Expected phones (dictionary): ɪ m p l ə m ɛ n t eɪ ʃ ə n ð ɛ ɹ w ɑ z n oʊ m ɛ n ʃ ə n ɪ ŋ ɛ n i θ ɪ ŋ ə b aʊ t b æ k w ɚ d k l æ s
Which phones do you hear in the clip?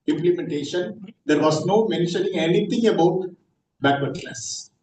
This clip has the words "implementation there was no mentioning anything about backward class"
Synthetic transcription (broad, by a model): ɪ m p l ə m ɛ n t eɪ ʃ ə n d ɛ ɹ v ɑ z n oʊ m ɛ n ʃ ə n ɪ ŋ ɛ n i t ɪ ŋ ə b aʊ t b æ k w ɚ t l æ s